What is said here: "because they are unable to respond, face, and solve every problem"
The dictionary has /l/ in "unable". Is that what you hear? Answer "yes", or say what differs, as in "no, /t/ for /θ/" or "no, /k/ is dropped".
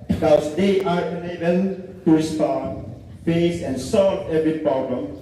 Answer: no, /n/ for /l/